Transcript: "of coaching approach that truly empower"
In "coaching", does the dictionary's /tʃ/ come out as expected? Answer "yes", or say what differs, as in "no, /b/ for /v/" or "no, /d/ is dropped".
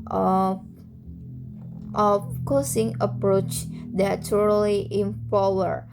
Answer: no, /s/ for /tʃ/